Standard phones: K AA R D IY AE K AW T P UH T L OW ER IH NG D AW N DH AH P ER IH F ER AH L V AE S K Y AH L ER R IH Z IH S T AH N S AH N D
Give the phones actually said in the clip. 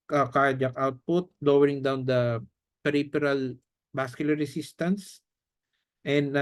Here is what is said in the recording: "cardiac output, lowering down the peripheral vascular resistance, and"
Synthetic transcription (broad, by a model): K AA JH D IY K AW T P UH T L OW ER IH NG D AW N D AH P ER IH P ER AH L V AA S K Y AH L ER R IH S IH S T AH N S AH N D